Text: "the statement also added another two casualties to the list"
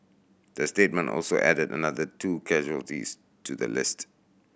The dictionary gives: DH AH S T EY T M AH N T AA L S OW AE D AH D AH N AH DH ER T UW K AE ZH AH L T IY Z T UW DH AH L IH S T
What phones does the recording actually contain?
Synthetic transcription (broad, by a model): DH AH S T EY T M AH N T AA L S OW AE D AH D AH N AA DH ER T UW K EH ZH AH L T IY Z T UW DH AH L IH S T